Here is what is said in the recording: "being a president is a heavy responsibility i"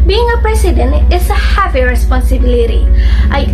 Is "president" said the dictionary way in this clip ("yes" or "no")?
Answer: no